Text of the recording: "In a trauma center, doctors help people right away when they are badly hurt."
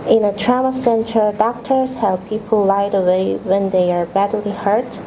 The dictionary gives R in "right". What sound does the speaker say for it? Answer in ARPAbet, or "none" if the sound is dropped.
L